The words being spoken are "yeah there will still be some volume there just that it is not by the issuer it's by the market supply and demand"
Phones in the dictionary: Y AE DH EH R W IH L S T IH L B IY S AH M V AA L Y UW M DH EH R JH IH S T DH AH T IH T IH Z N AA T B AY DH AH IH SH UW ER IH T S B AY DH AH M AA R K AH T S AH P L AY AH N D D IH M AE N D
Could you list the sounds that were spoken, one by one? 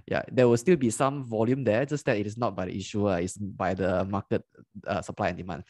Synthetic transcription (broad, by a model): Y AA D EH W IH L S T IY L B IY S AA M V AA L Y UW M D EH JH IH S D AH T IH T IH S N AA T B AY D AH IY SH UW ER IH T S B AY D AH M AA K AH T S AH P L AY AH N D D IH M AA N